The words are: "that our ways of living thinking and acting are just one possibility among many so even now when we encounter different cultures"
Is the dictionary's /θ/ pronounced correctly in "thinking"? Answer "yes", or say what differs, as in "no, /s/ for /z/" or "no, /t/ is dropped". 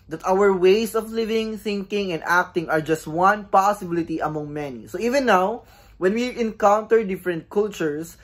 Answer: yes